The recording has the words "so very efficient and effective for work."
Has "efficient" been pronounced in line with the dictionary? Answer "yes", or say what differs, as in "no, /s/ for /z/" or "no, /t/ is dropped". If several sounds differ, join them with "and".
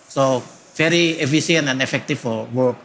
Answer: no, /s/ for /ʃ/